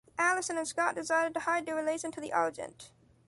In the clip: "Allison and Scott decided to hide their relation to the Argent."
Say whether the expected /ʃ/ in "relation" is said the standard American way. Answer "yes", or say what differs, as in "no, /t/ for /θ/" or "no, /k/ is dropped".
no, /s/ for /ʃ/